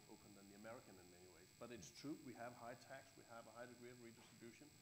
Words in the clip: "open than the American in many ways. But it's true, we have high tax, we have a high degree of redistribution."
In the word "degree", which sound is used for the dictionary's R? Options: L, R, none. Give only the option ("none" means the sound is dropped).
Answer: R